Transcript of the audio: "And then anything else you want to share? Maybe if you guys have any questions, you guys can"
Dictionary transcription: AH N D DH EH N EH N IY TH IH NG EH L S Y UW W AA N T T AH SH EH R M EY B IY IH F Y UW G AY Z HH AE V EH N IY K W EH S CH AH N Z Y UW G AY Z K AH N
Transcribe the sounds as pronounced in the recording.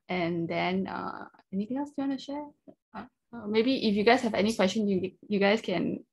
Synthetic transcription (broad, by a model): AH N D EH N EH N IY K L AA S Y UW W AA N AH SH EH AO M EY B IY IH F Y UW G AY S HH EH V EH N IY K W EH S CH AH N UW Y UW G AY S K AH N